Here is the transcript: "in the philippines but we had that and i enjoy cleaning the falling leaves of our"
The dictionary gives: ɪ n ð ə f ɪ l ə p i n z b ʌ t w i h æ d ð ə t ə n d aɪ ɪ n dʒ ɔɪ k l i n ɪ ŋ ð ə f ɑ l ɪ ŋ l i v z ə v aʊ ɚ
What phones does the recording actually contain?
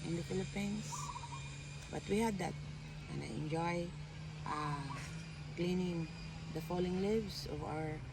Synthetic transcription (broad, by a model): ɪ n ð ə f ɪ l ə p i n s b ʌ t w i h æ d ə t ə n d aɪ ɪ n dʒ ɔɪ k l i n ɪ ŋ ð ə f ɑ l ɪ ŋ l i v s ə v aʊ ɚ